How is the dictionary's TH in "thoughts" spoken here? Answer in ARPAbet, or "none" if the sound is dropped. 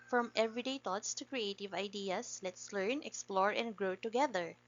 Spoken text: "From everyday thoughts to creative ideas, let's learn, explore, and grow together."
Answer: T